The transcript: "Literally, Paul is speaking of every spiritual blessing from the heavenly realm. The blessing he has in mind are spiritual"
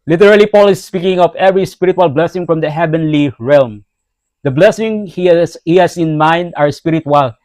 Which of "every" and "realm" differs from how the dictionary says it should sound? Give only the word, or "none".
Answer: none